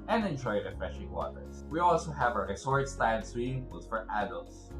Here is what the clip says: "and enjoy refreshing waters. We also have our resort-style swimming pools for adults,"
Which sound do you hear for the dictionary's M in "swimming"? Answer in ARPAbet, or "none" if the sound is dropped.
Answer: none